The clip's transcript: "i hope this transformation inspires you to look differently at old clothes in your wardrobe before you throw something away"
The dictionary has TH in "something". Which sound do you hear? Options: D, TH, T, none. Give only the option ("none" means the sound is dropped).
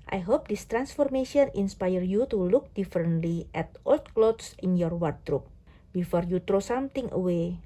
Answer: T